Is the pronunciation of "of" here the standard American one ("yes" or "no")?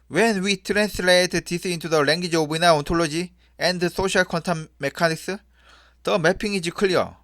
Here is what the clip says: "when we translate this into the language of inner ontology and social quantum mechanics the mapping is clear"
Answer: no